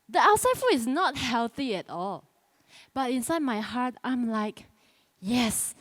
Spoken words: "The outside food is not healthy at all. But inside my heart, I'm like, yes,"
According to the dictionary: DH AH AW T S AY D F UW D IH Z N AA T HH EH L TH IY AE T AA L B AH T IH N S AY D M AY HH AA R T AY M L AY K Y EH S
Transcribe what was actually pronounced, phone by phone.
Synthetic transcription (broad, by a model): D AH AW T S AY D F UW IH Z N AA T HH EH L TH IY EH T AA L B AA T IH N S AY D M AY HH AA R T AY M L AY K Y EH S